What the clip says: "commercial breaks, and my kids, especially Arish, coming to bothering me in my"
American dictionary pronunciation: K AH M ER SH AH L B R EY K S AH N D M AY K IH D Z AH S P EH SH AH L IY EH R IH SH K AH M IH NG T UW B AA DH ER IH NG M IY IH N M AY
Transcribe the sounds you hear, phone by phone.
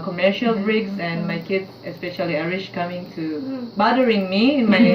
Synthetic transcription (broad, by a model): K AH M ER SH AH L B R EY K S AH N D M AY K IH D AH S P EH SH AH L IY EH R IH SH K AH M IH NG T UW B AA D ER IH NG M IY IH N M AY